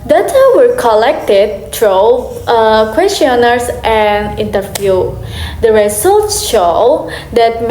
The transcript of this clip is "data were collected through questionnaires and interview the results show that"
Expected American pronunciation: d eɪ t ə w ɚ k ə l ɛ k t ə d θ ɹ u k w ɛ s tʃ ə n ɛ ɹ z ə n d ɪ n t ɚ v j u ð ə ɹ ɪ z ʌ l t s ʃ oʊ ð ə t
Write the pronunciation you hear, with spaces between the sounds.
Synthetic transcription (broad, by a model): d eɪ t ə w ɚ k ə l ɛ k t ə d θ ɹ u k w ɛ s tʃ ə n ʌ ɹ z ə n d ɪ n t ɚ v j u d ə ɹ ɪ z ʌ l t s ʃ oʊ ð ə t